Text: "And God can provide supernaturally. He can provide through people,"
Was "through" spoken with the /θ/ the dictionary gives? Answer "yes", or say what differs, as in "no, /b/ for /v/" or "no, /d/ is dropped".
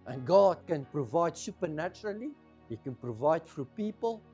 no, /f/ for /θ/